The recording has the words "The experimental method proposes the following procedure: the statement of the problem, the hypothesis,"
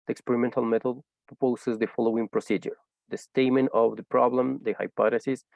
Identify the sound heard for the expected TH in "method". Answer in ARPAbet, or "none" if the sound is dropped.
T